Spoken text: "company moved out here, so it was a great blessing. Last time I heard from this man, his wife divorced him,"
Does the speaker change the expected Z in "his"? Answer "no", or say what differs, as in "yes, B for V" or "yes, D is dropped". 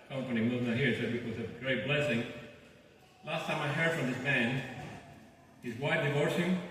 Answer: no